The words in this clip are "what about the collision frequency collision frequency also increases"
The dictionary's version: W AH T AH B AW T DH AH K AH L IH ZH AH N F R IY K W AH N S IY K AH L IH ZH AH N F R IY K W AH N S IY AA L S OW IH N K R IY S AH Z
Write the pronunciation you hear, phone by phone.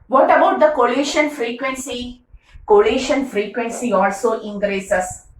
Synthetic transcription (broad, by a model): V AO T AH B AW T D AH K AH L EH SH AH N F R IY K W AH N S IY K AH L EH SH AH N F R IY K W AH N S IY AA L S OW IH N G R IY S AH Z